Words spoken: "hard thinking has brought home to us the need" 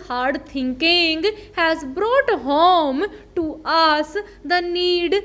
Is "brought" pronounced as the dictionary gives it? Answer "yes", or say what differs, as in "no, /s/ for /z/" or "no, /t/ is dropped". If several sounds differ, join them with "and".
yes